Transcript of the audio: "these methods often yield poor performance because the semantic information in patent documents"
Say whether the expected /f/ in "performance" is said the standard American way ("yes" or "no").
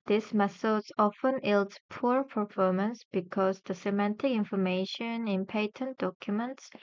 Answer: yes